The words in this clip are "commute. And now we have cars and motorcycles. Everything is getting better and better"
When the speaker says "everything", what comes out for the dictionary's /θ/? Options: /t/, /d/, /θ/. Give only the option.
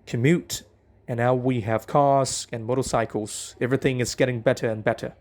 /θ/